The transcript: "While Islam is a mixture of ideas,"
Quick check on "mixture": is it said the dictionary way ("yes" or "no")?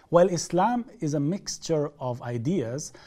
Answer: yes